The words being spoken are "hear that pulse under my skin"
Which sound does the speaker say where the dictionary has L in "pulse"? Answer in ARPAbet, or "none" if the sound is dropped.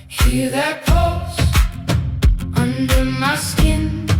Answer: none